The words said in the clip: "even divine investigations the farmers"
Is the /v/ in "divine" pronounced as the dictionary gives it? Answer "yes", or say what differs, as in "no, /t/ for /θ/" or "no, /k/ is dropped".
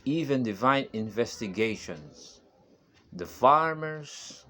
yes